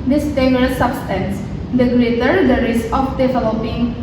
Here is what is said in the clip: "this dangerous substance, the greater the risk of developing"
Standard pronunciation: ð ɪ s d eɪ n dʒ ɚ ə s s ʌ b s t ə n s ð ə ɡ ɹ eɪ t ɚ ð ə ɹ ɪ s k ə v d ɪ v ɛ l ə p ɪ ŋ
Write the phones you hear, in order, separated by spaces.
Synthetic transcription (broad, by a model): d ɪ s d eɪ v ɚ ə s s ʌ b s t ə n s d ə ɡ l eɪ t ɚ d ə ɹ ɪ s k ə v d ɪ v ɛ l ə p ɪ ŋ